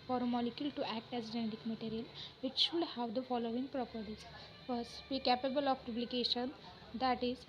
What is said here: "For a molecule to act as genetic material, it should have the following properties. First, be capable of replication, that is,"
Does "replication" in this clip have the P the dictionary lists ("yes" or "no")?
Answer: no